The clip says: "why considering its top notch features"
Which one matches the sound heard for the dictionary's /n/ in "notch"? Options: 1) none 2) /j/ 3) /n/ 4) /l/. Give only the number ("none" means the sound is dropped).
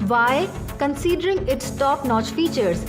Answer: 3